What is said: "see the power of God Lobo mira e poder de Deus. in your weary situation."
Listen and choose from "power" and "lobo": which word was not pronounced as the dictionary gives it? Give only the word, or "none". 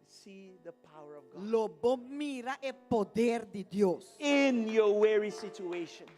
none